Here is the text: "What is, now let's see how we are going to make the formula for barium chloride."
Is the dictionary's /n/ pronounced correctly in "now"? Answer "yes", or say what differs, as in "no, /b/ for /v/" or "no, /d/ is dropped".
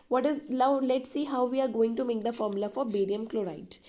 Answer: no, /l/ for /n/